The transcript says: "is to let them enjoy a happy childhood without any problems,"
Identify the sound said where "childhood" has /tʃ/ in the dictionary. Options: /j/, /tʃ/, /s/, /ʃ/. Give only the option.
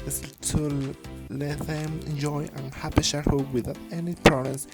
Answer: /ʃ/